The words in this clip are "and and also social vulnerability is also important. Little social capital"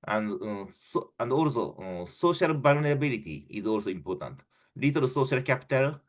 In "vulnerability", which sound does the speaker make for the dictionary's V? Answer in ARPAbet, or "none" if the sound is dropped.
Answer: B